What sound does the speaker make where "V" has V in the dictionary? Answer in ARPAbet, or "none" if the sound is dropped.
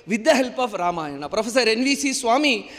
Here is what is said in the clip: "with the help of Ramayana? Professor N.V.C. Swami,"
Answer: V